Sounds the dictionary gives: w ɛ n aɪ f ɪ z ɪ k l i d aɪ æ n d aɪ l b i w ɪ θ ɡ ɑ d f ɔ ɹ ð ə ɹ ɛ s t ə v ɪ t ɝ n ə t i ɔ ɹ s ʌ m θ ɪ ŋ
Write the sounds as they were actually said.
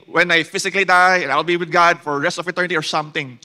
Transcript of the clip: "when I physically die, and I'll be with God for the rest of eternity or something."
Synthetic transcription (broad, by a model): w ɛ n aɪ f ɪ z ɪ k l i d aɪ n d aɪ l b i w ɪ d ɡ ɑ d f ɔ ɹ ɹ ɛ s t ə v ɪ t ɝ n ə t i ɔ ɹ s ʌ m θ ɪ ŋ